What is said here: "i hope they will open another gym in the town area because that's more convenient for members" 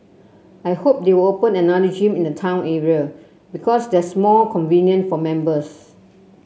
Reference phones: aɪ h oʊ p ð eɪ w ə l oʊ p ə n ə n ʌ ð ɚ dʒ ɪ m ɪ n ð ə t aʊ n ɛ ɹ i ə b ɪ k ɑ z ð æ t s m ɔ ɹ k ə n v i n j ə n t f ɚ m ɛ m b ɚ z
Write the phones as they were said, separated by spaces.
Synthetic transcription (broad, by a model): aɪ h oʊ p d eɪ w ə l oʊ p ə n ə n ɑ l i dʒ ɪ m ɪ n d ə t aʊ n ɛ ɹ i ə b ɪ k ɑ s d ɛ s m ɔ l k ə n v i n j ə n f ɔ m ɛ m b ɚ s